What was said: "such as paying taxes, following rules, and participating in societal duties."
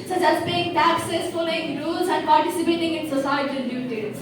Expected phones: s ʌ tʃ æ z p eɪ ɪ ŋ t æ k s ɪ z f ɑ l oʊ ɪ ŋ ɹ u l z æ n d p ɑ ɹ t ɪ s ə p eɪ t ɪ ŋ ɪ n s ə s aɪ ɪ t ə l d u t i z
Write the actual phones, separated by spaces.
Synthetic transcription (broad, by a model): s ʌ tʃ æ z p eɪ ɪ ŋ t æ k s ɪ s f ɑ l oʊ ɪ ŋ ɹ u l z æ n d p ɑ ɹ t ɪ s ə p eɪ t ɪ ŋ ɪ n s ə s aɪ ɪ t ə n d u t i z